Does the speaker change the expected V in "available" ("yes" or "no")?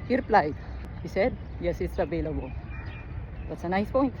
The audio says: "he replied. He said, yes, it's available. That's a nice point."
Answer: yes